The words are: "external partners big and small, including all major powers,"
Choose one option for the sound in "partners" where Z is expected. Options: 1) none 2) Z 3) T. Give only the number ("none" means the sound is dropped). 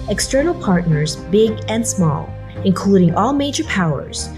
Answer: 2